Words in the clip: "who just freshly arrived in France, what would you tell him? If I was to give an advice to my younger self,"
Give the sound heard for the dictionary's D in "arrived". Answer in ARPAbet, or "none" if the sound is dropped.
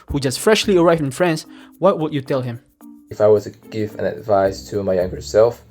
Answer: none